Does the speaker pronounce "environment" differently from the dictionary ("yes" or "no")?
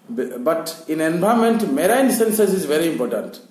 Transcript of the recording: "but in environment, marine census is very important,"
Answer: yes